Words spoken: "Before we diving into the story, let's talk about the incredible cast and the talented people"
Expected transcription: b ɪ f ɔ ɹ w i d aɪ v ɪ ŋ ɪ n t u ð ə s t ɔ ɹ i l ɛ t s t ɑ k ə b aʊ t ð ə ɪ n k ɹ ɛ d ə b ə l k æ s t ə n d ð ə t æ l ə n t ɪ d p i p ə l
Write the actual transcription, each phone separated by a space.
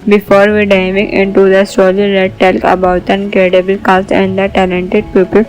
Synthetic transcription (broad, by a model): b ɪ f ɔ ɹ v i d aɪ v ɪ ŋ ɪ n t u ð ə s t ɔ l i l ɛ t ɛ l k ə b aʊ t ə n k ɹ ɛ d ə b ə l k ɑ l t ə n d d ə t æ l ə n t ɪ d p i p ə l